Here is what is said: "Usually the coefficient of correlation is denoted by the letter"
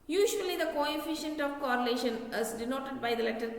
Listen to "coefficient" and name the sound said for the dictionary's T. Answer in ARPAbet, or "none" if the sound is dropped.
T